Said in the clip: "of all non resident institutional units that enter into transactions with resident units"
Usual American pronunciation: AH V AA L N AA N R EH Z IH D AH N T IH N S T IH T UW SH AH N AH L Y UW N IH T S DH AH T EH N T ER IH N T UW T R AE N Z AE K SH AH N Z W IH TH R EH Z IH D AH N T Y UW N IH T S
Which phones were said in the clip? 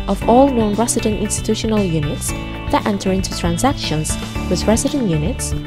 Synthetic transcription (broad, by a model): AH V AA L N AA N R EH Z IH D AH N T IH N S T IH T UW SH AH N AH L Y UW N IH T S DH AH T EH N T ER IH N T UW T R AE N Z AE K SH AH N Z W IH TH R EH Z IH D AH N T Y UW N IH T S